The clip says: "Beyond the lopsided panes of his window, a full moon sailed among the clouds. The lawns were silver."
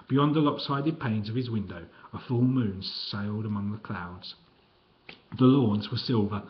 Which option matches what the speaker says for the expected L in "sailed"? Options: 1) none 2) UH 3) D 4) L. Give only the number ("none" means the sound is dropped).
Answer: 4